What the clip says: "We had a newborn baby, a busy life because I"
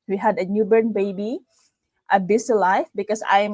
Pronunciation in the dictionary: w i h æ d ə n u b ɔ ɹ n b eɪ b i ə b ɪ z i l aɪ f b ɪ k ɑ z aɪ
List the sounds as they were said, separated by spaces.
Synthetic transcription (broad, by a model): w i h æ d ə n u b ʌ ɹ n b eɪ b i ə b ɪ s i l aɪ f b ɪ k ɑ s aɪ